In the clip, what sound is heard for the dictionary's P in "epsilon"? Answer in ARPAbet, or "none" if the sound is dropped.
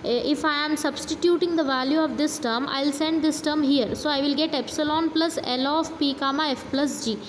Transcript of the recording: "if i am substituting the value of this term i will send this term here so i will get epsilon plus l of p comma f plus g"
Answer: P